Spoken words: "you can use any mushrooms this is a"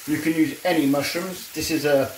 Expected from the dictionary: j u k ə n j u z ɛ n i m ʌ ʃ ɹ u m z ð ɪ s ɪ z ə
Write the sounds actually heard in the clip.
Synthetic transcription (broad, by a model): j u k ə n j u z ɛ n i m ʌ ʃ u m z ð ɪ s ɪ z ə